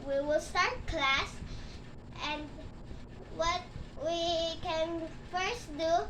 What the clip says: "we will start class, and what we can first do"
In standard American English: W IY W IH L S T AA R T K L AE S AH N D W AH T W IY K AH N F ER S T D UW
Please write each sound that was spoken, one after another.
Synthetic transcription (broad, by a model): W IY W IH L S T AA R T K L AE S AH N D W AH T W IY K AH N F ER S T D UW